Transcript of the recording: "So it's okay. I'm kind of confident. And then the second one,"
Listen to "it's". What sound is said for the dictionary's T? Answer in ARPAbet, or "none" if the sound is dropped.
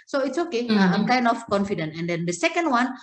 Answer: T